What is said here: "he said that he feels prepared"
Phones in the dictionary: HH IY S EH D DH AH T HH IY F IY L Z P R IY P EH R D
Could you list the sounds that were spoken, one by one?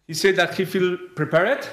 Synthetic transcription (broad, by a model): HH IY S EH D DH AH T HH IY F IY L P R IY P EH R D